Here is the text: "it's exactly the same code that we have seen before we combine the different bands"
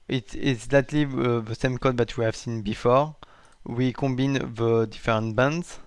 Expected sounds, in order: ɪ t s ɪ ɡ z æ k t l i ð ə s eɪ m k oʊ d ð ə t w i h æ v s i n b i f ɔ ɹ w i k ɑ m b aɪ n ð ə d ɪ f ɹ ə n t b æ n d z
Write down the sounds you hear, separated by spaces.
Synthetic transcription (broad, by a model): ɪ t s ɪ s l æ t l i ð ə s eɪ m k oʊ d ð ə t w i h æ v s i n b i f ɔ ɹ w i k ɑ b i n ð ə d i f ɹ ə n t b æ n d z